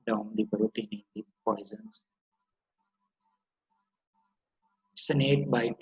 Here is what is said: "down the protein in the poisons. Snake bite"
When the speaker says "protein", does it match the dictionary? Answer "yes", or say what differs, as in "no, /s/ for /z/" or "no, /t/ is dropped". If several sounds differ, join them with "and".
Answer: no, /b/ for /p/